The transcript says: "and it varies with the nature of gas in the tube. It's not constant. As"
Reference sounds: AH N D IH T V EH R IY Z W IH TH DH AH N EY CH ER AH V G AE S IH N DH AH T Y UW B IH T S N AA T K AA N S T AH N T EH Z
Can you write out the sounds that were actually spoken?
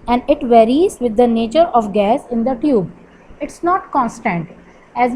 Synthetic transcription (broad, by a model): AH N D IH T V EH R IY Z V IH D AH N EY CH ER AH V G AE S IH N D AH T Y UW B IH T S N AA T K AA N S T AH N T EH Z